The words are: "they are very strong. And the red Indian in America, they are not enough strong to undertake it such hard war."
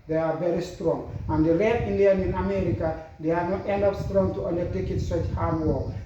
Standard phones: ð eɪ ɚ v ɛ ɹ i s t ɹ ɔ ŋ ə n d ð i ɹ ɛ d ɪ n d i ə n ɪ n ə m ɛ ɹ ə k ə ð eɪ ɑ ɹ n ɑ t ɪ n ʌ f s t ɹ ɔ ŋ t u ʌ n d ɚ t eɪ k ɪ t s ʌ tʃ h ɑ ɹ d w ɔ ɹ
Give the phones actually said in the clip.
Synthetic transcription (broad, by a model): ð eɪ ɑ v ɛ ɹ i s t ɹ ɔ ŋ ə n d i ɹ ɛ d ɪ n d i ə n ɪ n ə m ɛ ɹ ə k ə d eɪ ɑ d n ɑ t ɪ n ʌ p s t ɹ ɔ ŋ t u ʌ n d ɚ t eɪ k ɪ t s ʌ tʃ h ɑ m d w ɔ